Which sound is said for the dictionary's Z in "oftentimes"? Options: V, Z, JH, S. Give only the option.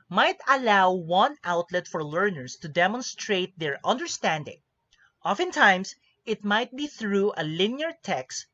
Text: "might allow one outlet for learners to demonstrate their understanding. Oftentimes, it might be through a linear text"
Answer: S